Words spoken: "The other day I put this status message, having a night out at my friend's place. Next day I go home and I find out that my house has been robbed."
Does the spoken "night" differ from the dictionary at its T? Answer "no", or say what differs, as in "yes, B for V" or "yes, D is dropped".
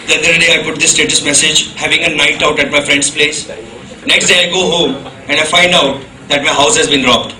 no